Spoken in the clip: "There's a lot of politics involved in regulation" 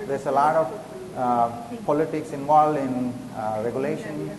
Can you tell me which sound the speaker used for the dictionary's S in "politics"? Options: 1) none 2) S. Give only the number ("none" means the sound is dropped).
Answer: 2